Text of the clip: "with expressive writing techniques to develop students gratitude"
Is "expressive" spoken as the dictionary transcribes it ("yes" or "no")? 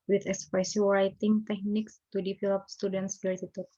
no